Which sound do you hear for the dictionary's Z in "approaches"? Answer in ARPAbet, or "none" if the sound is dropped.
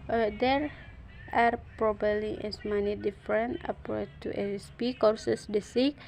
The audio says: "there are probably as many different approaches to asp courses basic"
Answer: none